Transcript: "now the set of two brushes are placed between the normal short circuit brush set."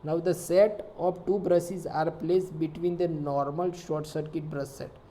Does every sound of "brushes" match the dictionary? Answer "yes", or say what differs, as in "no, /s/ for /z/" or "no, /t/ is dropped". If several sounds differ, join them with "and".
no, /s/ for /ʃ/